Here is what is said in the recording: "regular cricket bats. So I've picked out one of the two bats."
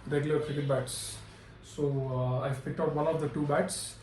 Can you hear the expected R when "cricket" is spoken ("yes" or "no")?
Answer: no